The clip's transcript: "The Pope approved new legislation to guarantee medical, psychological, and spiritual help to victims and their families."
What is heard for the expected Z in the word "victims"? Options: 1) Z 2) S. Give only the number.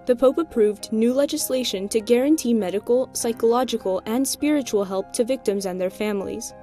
1